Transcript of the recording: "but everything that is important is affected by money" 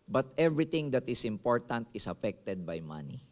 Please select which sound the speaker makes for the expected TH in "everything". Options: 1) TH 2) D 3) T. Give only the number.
3